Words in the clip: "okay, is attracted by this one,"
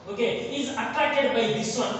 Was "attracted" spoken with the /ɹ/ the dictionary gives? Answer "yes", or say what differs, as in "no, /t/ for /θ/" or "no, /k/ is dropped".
no, /ɹ/ is dropped